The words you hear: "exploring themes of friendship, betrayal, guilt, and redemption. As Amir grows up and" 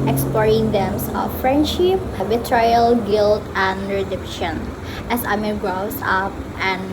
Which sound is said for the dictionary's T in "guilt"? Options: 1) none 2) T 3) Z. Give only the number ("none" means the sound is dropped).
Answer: 2